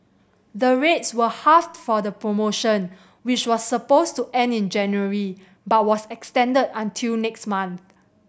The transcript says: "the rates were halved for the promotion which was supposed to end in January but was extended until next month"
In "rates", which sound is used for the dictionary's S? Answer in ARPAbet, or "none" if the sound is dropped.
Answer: S